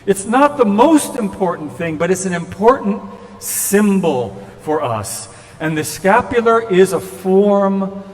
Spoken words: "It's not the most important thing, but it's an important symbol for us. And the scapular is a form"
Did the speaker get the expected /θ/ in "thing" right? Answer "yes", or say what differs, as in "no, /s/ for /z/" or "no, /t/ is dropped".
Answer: yes